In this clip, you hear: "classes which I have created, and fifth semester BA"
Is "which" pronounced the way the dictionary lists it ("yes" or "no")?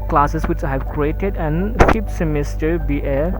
yes